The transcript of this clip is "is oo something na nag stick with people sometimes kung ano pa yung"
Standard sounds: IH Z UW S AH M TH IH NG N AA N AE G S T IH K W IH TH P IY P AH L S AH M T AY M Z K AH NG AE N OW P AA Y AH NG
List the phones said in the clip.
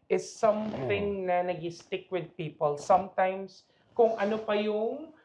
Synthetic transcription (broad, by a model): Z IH S AH M TH IH NG N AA N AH G S T IH K W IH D P IY P AH L S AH M T AY M S K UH NG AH N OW P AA Y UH NG